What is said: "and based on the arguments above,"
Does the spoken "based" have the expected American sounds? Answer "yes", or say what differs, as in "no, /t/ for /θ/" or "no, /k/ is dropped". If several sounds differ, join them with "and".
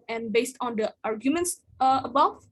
yes